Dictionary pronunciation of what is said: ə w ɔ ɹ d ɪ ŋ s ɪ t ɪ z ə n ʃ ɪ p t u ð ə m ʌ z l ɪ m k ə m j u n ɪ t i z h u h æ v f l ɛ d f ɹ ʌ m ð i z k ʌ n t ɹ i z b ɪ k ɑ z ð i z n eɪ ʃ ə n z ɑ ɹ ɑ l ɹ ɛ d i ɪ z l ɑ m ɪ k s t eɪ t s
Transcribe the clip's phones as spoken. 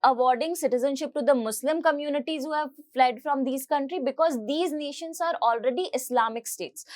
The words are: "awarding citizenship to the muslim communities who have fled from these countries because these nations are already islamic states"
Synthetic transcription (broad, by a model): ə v ɔ ɹ d ɪ ŋ s ɪ t ɪ z ə n ʃ ɪ p t u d ə m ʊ s l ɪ m k ə m j u n ɪ t i z h u h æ v f l ɛ d f ɹ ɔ m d i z k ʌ n t ɹ i b ɪ k ɑ z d i z n eɪ ʃ ə n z ɑ ɹ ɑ l ɹ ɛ d i ɪ s l ɑ m ɪ k s t eɪ t s